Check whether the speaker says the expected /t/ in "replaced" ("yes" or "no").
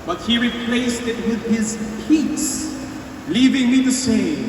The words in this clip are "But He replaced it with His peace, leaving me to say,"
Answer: yes